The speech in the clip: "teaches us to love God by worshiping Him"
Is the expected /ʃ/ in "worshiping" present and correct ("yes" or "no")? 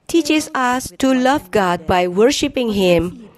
yes